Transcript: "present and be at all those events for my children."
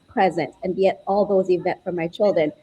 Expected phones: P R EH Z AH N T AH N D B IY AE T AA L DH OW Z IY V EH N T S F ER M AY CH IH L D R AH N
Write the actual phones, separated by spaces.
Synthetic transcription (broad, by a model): P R EH Z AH N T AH N B IY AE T AA L DH OW Z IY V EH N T F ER M AY CH IH L D R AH N